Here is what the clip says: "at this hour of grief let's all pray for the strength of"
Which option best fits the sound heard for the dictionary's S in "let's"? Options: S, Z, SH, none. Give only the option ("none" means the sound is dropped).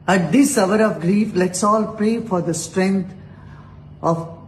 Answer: S